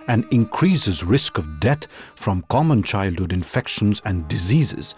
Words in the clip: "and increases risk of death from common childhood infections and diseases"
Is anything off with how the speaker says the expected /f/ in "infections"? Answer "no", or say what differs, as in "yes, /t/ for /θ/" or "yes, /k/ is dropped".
no